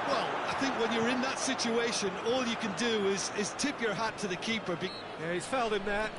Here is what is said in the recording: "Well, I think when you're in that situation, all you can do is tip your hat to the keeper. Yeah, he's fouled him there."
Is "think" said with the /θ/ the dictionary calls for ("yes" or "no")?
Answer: yes